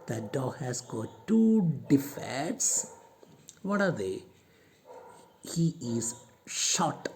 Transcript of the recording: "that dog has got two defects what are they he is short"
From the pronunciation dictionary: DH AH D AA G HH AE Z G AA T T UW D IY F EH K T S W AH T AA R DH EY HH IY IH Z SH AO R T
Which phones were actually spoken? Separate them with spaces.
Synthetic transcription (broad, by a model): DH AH D AA G HH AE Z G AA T T UW D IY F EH T S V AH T AA R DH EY HH IY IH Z SH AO T